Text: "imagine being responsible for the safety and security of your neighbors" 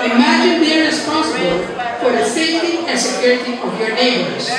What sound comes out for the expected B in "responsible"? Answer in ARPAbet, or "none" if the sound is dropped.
B